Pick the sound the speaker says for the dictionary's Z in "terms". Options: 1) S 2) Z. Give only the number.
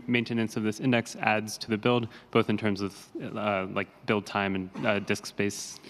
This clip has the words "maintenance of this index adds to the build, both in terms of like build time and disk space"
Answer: 2